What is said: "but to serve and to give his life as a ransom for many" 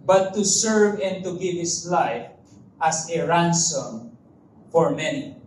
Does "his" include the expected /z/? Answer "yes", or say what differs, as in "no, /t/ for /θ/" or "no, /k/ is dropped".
no, /s/ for /z/